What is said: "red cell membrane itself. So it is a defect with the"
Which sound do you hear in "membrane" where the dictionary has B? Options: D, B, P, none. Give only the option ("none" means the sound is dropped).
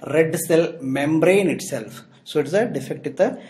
B